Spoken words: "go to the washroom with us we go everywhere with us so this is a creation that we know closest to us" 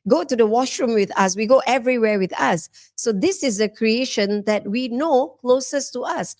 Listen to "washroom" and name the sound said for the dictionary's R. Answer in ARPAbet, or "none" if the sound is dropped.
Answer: R